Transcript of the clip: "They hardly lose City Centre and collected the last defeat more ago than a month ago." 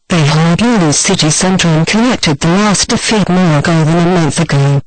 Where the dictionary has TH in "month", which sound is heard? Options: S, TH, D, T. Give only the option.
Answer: TH